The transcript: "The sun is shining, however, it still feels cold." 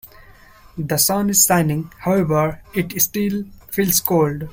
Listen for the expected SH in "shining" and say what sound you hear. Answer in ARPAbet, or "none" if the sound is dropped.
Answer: S